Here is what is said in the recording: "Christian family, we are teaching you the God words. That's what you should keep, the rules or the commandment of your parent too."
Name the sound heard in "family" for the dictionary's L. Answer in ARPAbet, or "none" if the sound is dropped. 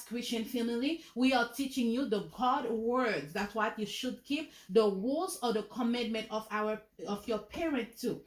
L